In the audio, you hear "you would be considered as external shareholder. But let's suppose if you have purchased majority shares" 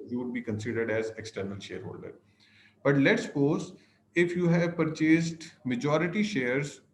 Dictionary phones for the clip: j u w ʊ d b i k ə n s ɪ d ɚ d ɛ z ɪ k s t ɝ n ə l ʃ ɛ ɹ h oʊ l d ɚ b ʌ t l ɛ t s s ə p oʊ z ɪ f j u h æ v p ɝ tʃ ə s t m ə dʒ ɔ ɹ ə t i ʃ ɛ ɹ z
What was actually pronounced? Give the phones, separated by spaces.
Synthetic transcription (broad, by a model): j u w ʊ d b i k ə n s ɪ d ɚ d ɛ z ɪ k s t ɝ n ə l ʃ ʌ ɹ h oʊ l d ɚ b ʌ t l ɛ t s s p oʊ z ɪ f j u h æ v p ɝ tʃ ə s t m ə dʒ ɔ ɹ ə t i ʃ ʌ ɹ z